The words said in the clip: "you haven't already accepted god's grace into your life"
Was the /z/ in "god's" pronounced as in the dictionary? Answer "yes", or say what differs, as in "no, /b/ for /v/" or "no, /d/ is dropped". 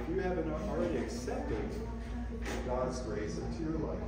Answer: yes